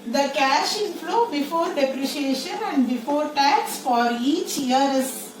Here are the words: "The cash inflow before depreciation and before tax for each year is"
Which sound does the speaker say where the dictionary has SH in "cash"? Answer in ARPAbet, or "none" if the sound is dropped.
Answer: SH